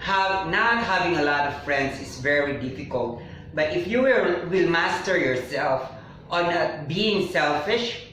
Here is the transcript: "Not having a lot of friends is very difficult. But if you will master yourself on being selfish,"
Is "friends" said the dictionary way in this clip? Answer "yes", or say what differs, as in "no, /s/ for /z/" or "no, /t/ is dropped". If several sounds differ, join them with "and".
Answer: no, /s/ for /z/